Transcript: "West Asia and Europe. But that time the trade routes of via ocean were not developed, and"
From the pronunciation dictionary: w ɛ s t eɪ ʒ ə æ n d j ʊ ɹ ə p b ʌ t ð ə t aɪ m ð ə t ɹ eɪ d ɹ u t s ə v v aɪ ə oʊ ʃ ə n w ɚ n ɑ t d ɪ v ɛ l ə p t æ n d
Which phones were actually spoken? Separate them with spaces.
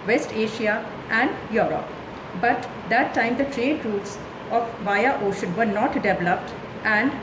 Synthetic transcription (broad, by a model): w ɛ s t eɪ ʃ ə æ n d j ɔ ɹ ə p b ʌ t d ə t aɪ m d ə t ɹ eɪ d ɹ u t s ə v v aɪ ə oʊ ʃ ə n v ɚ n ɑ t d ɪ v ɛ l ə p t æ n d